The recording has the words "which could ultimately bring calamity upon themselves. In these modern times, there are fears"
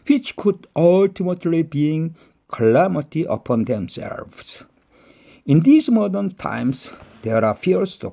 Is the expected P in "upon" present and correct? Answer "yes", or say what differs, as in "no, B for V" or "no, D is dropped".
yes